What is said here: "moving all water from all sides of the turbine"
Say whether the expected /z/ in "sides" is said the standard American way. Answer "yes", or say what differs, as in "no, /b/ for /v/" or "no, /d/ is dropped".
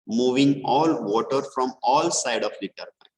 no, /z/ is dropped